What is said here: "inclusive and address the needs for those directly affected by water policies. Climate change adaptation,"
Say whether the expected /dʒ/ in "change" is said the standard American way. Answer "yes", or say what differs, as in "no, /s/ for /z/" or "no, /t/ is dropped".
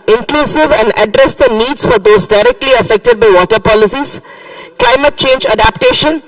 yes